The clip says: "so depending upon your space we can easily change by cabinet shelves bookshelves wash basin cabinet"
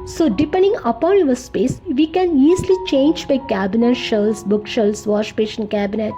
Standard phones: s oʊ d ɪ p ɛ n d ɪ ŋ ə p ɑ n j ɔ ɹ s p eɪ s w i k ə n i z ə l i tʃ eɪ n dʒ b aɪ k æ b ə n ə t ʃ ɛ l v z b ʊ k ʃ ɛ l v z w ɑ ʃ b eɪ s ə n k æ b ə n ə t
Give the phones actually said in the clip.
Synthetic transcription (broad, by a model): s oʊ d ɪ p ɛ n d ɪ ŋ ə p ɑ n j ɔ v s p eɪ s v i k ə n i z l i tʃ eɪ n dʒ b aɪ k æ b ə n ə t ʃ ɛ l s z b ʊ k ʃ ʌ l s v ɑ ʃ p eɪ ʃ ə n k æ b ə n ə t